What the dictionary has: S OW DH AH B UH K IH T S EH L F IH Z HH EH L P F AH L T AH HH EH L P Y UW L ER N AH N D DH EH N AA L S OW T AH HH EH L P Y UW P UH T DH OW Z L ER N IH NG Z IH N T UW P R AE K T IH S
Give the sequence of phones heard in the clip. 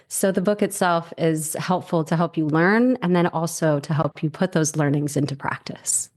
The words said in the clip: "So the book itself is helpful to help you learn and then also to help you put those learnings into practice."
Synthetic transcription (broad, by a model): S OW DH AH B UH K IH T S EH L F IH Z HH EH L P F L T AH HH EH L P Y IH L ER N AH N DH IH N AA L S OW T AH HH EH L P Y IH P UH T DH OW Z L ER N IH NG Z IH N T UW P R AE K T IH S